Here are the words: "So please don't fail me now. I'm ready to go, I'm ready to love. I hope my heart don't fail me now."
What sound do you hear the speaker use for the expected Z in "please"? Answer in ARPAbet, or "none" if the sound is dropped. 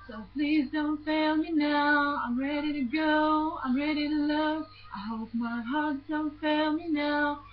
Z